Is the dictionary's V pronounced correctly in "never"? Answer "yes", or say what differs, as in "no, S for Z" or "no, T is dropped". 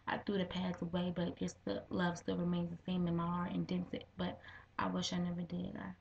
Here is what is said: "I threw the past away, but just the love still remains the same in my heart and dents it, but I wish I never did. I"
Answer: yes